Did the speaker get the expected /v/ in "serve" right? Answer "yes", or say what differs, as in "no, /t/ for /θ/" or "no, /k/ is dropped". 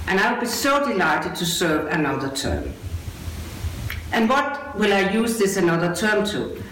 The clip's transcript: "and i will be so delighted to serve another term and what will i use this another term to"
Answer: yes